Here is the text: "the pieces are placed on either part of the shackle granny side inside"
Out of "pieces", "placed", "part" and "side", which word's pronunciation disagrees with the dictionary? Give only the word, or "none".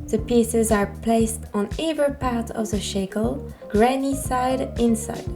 none